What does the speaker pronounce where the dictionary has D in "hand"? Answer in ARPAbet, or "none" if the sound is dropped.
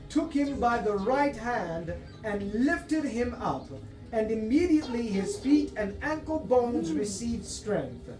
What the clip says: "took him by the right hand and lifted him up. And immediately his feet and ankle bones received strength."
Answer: D